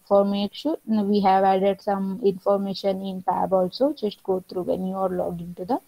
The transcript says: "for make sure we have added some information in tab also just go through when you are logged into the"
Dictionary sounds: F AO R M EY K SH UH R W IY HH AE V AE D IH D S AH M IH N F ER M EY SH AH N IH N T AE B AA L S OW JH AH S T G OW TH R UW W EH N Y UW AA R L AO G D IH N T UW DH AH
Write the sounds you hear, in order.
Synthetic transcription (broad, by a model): F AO R M EY K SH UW R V IY HH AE V AE D IH D S AH M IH N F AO M EY SH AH N IH N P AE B AA L S OW JH AH S T G OW T R UW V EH N Y UW AA R L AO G IH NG T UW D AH